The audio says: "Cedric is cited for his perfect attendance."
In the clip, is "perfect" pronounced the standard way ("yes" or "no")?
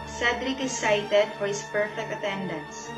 yes